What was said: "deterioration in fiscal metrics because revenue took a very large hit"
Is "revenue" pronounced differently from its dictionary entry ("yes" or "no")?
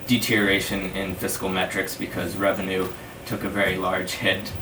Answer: no